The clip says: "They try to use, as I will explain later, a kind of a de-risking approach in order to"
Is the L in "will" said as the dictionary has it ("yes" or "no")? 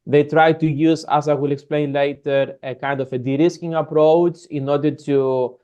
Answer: yes